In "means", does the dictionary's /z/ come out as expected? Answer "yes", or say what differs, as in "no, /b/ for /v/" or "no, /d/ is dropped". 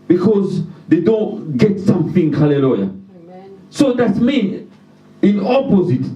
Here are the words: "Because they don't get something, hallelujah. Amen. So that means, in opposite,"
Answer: no, /z/ is dropped